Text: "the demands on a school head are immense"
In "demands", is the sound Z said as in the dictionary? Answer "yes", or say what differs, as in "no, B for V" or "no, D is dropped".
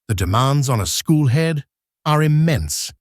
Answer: yes